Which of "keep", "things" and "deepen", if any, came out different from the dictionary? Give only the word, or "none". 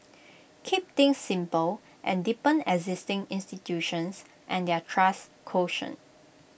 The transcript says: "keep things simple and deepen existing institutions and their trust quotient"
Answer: things